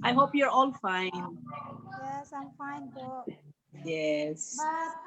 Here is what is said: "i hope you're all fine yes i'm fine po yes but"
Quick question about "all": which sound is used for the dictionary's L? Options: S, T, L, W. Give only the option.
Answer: L